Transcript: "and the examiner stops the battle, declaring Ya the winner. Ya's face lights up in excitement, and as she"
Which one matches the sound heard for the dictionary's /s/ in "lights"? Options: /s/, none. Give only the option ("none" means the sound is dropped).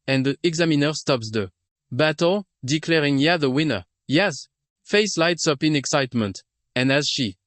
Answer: /s/